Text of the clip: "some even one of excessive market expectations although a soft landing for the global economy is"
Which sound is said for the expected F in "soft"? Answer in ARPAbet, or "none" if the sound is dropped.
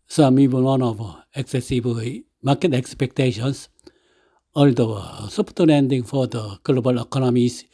P